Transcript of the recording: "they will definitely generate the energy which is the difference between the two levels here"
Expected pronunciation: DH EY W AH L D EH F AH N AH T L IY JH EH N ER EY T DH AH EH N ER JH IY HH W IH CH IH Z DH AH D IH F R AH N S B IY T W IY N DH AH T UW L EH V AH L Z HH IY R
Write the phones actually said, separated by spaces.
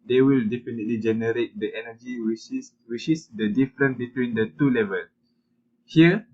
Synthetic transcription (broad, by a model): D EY W AH L D EH F AH N AH T L IY JH EH N ER EY T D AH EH N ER JH IY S W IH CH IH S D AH D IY F R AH N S B IY T W IY N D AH T UW L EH V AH L HH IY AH